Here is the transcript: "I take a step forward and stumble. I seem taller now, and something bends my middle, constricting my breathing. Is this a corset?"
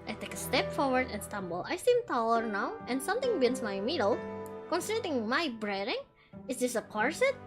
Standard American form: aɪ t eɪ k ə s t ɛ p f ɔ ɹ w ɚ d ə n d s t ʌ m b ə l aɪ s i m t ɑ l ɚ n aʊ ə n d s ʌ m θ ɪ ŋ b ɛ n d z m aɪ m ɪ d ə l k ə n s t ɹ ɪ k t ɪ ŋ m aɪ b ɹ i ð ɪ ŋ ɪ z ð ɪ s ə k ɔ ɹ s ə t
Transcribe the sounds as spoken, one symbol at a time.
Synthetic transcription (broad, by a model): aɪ t eɪ k ə s t ɛ p f ɔ ɹ w ɚ d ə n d s t ʌ m b ə l aɪ s i m t ɑ l ɚ n aʊ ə n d s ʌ m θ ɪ ŋ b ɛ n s m aɪ m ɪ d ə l k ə n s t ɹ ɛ t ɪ ŋ m aɪ b ɹ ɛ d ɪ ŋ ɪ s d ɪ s ə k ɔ ɹ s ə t